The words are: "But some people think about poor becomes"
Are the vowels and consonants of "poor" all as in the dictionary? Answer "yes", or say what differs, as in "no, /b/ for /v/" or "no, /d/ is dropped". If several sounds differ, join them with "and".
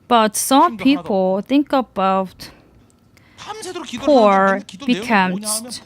yes